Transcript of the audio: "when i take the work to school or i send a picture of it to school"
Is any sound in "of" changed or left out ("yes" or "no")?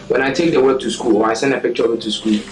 yes